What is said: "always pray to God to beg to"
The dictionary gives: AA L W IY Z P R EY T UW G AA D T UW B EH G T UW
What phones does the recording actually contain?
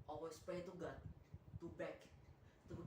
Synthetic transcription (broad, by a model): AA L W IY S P EY T UW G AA T UW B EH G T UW